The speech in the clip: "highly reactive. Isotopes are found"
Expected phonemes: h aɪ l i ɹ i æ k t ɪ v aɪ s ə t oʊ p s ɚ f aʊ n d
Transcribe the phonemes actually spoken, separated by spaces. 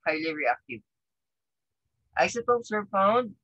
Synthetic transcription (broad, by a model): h aɪ l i ɹ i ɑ k t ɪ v aɪ s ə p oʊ s ɚ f aʊ n d